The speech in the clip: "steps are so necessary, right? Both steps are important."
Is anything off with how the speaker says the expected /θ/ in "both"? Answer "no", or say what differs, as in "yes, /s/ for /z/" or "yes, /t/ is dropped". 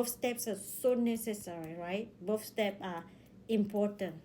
yes, /f/ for /θ/